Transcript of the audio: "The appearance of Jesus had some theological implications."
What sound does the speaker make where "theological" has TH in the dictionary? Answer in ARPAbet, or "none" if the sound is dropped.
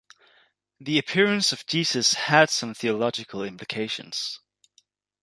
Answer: TH